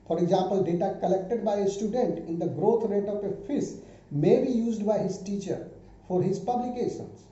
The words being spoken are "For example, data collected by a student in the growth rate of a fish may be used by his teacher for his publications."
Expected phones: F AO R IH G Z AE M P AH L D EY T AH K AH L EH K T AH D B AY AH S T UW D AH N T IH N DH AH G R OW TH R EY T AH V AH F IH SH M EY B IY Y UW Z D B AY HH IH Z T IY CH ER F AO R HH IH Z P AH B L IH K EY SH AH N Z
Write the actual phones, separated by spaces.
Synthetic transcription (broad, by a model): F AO R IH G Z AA M P AH L D EY T AH K AH L EH K T AH D B AY AH S T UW D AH N T IH N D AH G R OW T R EY T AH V AH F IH S M EY B IY Y UW Z D B AY HH IH Z T IY CH ER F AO R HH IH Z P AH B L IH K EY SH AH N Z